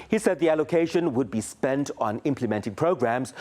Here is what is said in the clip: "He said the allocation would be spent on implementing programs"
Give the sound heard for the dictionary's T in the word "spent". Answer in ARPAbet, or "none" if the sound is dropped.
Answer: T